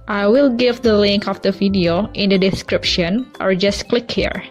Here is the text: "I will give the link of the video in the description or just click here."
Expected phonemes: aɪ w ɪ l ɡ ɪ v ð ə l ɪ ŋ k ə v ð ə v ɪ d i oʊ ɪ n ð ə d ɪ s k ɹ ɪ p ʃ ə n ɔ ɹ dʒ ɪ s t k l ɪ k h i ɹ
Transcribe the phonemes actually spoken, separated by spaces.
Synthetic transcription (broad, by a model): aɪ w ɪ l ɡ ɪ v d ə l ɪ ŋ k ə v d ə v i d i oʊ ɪ n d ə d ɪ s k ɹ ɪ p ʃ ə n ɔ ɹ dʒ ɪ s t k l ɪ k h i ɹ